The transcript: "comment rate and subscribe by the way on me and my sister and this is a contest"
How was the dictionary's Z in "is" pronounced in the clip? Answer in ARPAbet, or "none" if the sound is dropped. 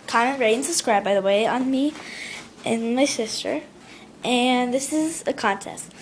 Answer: Z